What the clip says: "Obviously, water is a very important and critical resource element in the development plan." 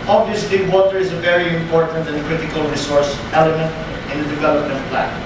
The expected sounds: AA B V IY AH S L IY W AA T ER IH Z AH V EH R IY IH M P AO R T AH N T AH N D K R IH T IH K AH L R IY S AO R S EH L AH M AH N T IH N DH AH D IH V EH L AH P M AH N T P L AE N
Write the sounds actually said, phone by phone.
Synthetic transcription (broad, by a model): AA B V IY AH S L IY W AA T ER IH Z AH V EH R IY IH M P AO R T AH N T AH N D K R IH T IH K AH L R IY S AO R S EH L AH M AH N T IH N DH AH D IH V EH L AH P M AH N T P L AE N